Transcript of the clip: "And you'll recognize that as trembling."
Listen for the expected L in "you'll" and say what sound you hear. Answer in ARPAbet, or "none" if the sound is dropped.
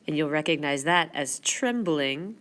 L